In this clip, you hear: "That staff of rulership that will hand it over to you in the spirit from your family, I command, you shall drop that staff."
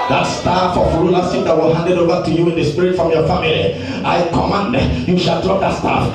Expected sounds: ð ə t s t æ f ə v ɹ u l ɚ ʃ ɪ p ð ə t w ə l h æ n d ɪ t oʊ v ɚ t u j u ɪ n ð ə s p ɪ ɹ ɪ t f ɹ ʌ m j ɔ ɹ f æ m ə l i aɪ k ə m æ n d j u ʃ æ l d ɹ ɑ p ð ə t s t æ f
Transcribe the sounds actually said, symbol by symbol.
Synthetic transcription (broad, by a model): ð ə t s t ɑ f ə f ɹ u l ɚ s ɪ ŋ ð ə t w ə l h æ n d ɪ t oʊ v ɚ t u j u ɪ n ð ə s p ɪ ɹ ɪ t f ɹ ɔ m j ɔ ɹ f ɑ m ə l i aɪ k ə m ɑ n d j u ʃ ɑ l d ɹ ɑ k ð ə t s t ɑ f